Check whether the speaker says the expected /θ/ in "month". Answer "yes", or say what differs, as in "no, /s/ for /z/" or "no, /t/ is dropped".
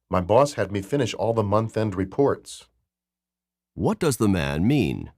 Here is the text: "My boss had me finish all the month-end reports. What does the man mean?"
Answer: yes